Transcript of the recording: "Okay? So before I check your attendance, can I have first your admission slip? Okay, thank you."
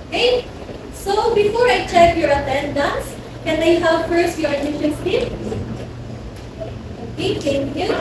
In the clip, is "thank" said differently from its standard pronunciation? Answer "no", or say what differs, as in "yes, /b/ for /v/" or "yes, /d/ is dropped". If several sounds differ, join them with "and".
yes, /t/ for /θ/